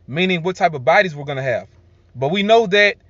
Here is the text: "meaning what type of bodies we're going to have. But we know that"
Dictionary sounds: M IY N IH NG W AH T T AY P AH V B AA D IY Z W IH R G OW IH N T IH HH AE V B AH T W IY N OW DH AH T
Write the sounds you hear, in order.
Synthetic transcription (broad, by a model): M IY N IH NG W AH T T AY P AH V B AA D IY Z W IH R G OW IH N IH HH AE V B AH T W IY N OW DH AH T